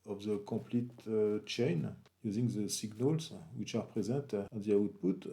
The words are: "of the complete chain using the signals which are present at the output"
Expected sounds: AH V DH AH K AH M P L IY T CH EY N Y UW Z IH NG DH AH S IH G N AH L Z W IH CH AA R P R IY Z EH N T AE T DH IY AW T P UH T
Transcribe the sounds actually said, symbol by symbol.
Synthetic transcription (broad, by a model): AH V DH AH K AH P L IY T CH EY N Y UW Z IH NG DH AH S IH G N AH L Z W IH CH AA R P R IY Z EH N T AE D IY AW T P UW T